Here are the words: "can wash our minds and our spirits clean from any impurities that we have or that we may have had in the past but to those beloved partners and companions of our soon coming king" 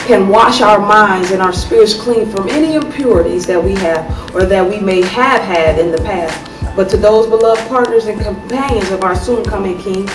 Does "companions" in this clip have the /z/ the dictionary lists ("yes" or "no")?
yes